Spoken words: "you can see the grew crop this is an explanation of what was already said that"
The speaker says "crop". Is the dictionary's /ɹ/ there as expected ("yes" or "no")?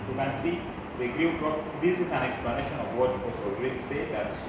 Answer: no